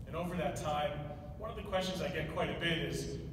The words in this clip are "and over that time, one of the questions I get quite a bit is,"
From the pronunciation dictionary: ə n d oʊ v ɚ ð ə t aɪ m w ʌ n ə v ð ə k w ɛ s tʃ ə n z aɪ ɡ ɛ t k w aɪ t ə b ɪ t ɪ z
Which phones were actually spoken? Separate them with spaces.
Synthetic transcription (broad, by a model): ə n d oʊ v ɚ ð ə t aɪ m w ʌ n ə v ð ə k w ɛ s tʃ ə n z aɪ ɡ ɛ t k w aɪ t ə b ɪ t ɪ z